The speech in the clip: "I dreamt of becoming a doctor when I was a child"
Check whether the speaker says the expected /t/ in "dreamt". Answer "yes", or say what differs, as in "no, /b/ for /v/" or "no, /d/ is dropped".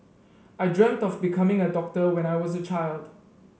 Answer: yes